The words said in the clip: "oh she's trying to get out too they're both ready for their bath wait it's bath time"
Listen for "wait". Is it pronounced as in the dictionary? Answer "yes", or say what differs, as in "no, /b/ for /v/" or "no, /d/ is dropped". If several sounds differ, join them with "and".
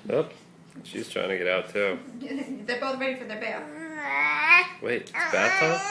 no, /t/ is dropped